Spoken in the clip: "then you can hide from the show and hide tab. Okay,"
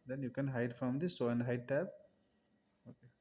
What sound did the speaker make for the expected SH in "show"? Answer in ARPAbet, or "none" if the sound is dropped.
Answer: S